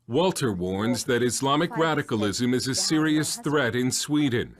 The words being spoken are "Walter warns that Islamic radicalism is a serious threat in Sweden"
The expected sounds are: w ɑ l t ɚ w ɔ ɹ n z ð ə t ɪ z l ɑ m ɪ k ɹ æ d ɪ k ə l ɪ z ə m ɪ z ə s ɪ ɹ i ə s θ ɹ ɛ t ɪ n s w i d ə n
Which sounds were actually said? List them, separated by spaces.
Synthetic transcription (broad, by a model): w ɑ l t ɚ w ɔ ɹ n z ð ə t ɪ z l ɑ m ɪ k ɹ æ d ɪ k ə l ɪ z ə m ɪ z ə s ɪ ɹ i ə s θ ɹ ɛ t ɪ n s w i d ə n